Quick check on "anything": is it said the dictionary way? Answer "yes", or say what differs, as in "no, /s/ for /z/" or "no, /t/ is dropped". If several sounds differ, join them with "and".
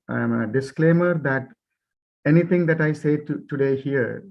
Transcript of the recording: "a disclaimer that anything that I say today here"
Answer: no, /t/ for /θ/